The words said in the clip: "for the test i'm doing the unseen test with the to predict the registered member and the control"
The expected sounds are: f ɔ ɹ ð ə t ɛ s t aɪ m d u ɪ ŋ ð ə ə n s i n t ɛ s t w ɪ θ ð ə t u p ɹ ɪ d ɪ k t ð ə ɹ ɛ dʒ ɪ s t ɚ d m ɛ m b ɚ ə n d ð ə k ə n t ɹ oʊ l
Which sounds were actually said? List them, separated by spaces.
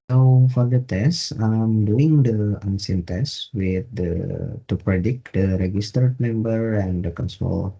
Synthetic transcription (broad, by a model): f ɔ ɹ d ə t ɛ s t aɪ m d u ɪ ŋ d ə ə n s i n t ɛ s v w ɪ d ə t u p ɹ ɪ d ɪ k t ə ɹ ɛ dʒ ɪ s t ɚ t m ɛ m b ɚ ə n d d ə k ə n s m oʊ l